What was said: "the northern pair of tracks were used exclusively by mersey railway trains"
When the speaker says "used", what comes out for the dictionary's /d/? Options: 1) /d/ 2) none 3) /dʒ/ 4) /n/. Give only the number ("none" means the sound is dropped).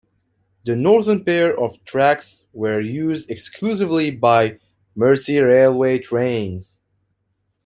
1